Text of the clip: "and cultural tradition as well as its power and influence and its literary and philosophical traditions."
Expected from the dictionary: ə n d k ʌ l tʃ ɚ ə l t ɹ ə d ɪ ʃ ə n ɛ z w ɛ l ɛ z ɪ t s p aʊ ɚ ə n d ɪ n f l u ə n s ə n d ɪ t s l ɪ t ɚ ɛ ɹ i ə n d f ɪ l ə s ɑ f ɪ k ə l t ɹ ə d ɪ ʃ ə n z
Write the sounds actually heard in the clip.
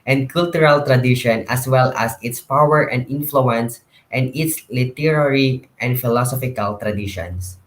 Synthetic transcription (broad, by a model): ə n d k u l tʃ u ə l t ɹ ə d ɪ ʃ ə n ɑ s w ɛ l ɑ s ɪ t s p aʊ ɚ ə n d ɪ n f l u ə n s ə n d ɪ t s l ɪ t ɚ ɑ ɹ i ə n d f ɪ l ə s ɑ f ɪ k ə l t ɹ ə d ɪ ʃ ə n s